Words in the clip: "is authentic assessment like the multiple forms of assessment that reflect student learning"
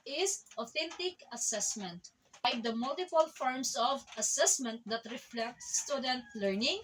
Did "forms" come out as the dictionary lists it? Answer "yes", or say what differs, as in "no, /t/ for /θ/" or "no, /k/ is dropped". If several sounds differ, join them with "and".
no, /s/ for /z/